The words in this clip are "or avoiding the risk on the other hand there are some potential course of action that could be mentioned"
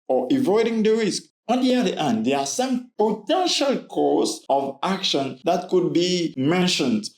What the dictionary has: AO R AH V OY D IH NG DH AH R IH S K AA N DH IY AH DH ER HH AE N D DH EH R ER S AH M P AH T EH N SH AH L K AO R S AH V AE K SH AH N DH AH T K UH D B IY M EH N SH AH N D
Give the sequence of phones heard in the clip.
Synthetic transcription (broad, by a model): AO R AH V OY D IH NG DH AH R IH S K AA N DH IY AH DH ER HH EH N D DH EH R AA S AH M P AH T EH N SH AH L K AO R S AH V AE K SH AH N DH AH T K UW D B IY M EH N SH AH N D